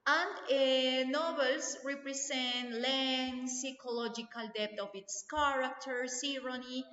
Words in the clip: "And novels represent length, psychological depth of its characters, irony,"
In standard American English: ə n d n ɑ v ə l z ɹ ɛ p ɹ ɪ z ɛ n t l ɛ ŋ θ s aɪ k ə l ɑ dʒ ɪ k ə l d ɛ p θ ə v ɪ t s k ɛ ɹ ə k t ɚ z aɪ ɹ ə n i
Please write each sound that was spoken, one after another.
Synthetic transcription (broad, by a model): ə n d n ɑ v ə l s ɹ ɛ p ɹ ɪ s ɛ n t l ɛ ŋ s aɪ k ə l ɑ dʒ ɪ k ə l d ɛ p t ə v ɪ t s k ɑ ɹ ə k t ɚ s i ɹ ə n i